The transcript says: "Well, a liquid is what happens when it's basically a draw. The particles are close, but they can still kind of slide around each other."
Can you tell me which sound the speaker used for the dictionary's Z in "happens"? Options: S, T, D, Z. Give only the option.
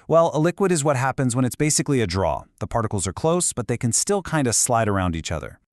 Z